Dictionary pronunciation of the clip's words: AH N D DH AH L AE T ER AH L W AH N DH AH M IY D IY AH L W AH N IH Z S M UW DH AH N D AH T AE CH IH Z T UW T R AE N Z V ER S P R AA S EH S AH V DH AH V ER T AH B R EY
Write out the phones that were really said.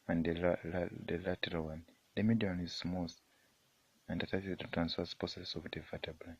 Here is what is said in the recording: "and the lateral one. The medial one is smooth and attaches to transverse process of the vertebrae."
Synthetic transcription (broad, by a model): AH N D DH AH L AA T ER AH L W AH N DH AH M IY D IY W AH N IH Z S M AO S AH N D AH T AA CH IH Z T UW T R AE N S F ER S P AA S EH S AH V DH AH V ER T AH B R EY